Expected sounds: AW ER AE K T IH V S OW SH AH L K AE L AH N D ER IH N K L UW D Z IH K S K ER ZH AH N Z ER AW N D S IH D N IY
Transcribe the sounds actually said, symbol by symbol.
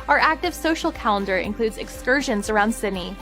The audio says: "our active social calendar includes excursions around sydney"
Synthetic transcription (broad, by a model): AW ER AE K T IH V S OW SH L K AE L AH N D ER IH N K L UW D Z IH K S K ER ZH AH N Z ER AW N D S IH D N IY